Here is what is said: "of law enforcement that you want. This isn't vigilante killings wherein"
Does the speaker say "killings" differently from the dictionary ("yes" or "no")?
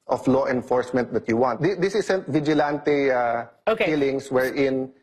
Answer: yes